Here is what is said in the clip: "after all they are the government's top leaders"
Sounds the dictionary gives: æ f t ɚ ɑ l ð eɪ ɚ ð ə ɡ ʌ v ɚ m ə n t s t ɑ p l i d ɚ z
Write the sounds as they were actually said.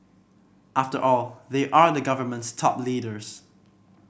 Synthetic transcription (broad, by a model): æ f t ɚ ɑ l ð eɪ ɚ ð ə ɡ ʌ v ɚ m ə n t s t ɑ p l i d ɚ z